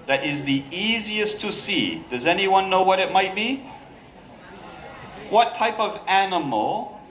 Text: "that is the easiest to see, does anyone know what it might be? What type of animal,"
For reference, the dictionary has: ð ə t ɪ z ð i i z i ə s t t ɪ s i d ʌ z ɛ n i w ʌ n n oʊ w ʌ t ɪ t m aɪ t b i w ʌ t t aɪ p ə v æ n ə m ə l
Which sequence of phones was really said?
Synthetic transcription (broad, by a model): ð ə t ɪ z ð i i z i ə s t t ɪ s i d ʌ z ɛ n i w ʌ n n oʊ w ʌ t ɪ t m aɪ t b i w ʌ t t aɪ p ə v æ n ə m l